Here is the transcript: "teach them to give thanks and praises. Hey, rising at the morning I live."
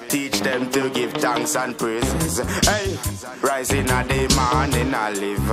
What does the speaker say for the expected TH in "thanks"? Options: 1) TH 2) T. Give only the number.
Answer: 2